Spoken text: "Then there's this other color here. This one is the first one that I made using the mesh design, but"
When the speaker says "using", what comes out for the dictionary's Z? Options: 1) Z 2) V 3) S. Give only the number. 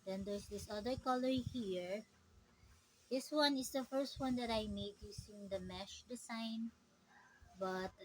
3